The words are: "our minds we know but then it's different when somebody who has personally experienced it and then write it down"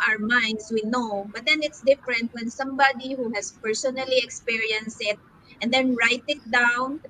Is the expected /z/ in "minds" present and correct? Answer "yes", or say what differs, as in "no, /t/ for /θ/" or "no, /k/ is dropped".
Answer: no, /s/ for /z/